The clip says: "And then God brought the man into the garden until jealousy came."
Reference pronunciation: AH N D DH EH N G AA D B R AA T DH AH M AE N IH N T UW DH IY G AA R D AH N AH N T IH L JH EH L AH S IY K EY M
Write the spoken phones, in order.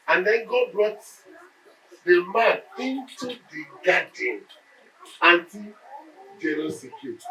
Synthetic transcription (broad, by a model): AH N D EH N G AA D B R AA T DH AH M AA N IH N T UW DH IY G AA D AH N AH N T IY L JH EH N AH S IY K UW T